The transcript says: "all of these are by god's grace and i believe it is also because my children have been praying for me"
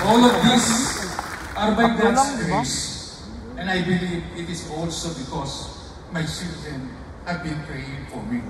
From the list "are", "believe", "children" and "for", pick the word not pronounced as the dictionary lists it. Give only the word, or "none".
children